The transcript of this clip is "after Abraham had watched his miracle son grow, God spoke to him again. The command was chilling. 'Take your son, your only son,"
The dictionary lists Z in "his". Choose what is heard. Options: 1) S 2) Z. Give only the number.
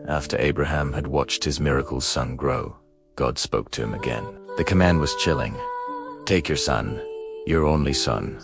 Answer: 2